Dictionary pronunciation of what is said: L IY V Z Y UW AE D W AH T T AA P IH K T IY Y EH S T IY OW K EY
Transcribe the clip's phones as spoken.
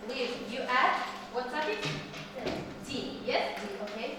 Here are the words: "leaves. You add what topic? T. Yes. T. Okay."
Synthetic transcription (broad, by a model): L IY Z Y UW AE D W AH T S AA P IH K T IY Y EH S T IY OW K EY